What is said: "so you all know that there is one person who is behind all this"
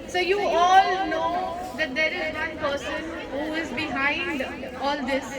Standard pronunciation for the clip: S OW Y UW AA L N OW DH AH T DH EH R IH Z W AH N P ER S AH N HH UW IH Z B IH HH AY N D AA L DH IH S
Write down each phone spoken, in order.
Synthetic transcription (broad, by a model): S OW Y UW AA L N OW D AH T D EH R IH Z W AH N P ER S AH N HH UW IH Z B IH HH AY N D AA L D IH S